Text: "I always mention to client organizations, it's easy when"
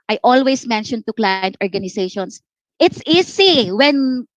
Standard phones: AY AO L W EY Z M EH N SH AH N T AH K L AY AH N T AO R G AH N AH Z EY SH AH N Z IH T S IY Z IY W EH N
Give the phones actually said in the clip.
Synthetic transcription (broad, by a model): AY AO L W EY S M EH N SH AH N T AH K L AY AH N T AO R G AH N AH S EY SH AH N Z IH T S IY S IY W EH N